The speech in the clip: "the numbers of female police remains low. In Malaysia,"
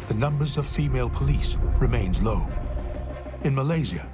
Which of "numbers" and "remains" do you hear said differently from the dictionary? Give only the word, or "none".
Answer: none